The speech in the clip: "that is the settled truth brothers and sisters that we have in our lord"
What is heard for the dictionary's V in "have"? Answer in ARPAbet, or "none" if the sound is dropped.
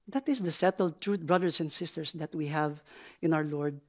V